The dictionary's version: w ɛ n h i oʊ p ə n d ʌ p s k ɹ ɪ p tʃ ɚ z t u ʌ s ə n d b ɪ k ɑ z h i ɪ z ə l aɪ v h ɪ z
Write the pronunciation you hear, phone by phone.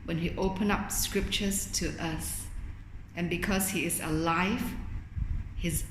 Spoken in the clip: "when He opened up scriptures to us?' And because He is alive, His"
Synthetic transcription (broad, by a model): w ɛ n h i oʊ p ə n ʌ p s k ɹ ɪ p tʃ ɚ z t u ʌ s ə n b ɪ k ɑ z h i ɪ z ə l aɪ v h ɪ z